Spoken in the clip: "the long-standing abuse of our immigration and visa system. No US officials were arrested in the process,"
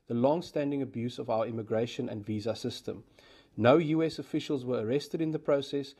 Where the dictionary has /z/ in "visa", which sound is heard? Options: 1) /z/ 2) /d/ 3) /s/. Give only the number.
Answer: 1